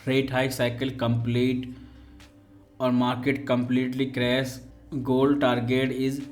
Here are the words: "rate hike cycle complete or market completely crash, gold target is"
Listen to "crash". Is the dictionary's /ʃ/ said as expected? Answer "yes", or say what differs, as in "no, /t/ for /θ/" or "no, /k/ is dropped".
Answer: no, /s/ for /ʃ/